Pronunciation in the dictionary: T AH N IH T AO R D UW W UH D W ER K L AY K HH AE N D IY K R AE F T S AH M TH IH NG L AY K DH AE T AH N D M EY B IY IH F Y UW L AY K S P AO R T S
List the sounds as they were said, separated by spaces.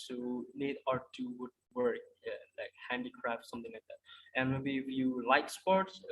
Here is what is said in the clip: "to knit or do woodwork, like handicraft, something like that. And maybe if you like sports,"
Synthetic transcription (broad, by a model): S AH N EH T AO R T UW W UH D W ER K L AY K HH AE N D IY K R AE F T S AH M T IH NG L AY K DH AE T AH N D M EY B IY IH F Y UW L AY K S P AO R T S